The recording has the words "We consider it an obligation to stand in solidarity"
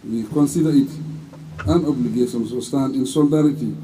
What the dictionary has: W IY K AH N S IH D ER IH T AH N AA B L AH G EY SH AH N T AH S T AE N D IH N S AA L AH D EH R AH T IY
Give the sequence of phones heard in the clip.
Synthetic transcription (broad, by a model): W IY K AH N S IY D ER IH T AH N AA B L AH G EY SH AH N S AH S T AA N IH N S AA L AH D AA R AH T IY